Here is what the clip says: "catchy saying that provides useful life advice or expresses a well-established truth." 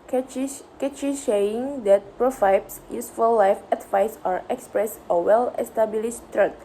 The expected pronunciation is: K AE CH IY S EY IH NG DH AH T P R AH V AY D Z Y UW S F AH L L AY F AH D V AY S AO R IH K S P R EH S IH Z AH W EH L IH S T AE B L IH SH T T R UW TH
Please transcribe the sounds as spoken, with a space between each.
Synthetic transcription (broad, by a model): K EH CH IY SH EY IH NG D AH T P R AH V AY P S Y UW S F AH L L AY F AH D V AY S AO R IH K S P R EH S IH W EH L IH S T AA B L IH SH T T R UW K